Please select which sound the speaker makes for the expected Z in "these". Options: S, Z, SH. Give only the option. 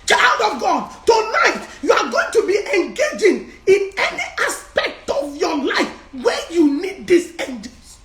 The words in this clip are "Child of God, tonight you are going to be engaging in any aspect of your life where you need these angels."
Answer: S